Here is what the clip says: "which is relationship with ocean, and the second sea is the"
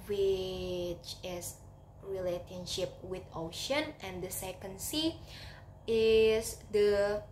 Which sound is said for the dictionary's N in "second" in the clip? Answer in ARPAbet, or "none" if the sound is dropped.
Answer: N